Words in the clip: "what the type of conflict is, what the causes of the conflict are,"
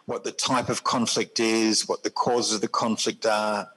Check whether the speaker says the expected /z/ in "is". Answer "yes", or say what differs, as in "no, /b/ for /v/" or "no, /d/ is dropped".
yes